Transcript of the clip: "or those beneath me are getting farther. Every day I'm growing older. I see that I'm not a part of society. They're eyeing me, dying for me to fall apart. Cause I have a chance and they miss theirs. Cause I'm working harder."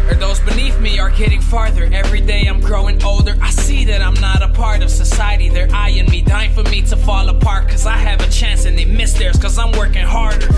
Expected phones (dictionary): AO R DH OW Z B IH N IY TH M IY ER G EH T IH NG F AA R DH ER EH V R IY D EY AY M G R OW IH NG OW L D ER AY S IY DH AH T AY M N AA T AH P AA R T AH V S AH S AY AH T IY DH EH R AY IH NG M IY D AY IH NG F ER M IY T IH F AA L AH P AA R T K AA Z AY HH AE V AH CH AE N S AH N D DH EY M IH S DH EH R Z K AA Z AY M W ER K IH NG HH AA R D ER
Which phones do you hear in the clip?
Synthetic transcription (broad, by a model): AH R DH OW Z B IH N IY TH M IY ER G EH T IH NG F AA R DH ER EH V R IY D EY AY M G R OW IH NG OW L D ER AY S IY DH AH T AY M N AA T AH P AA R T AH V S AH S AY AH T IY DH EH R AY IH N M IY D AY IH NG F ER M IY T IH F AA L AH P AA R K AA Z AY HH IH V AH CH AE N S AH N DH EY M IH S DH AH R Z K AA Z AY M W ER K IH NG HH AA R D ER